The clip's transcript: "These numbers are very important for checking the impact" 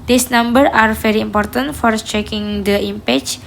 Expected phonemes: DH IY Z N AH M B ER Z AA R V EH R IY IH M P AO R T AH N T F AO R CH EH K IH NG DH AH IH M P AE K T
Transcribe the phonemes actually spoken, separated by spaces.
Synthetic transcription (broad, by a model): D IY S N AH M B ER AA R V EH R IY IH M P AO R T AH N T F AO R CH EH K IH NG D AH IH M P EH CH